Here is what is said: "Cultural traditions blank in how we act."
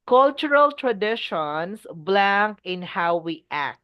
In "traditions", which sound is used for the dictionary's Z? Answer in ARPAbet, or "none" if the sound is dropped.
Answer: S